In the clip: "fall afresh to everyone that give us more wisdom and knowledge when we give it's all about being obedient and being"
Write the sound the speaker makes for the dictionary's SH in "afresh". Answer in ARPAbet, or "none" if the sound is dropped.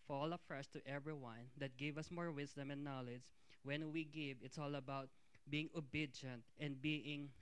S